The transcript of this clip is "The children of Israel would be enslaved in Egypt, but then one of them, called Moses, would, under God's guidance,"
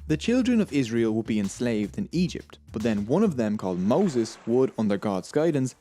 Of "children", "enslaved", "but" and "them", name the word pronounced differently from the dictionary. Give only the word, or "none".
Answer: none